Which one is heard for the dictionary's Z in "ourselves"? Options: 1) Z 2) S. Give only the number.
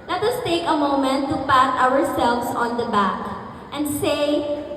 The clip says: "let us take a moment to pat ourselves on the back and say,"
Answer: 2